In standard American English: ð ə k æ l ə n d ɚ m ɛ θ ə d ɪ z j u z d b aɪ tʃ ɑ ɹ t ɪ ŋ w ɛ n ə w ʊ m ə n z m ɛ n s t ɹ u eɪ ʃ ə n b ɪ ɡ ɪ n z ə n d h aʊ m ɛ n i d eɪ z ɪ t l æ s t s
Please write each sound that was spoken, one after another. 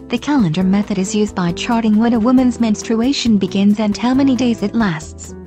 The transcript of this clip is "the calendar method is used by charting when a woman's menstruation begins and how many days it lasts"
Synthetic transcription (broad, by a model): ð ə k æ l ə n d ɚ m ɛ θ ə d ɪ z j u z d b aɪ tʃ ɑ ɹ t ɪ ŋ w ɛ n ə w ʊ m ə n z m ɛ n s t ɹ u eɪ ʃ ə n b ɪ ɡ ɪ n z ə n h aʊ m ɛ n i d eɪ z ɪ t l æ s t s